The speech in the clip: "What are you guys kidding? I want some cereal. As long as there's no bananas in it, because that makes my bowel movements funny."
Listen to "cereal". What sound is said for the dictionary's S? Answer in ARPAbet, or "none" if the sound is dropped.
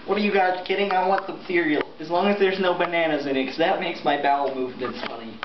TH